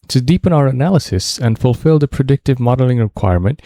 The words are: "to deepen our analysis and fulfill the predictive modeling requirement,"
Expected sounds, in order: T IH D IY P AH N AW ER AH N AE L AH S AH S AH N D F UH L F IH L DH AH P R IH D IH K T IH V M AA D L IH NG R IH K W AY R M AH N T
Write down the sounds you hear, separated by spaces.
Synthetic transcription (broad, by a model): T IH D IY P AH N AW ER AH N AE L AH S AH S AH N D F UH L F IH L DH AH P R IH D IH K T IH V M AA D L IH NG R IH K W AY R M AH N T